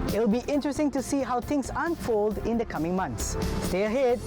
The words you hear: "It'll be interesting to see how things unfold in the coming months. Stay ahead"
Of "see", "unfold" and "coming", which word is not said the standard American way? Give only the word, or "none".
none